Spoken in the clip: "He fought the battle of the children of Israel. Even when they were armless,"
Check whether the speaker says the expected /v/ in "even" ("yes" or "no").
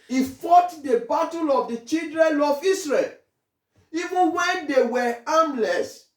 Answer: yes